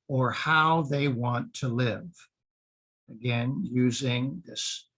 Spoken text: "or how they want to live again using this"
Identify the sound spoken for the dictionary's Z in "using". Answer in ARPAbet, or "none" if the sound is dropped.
Z